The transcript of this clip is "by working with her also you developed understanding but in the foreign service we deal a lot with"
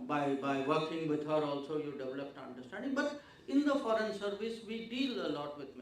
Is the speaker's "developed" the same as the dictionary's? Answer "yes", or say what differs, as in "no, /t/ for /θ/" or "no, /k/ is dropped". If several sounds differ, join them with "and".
yes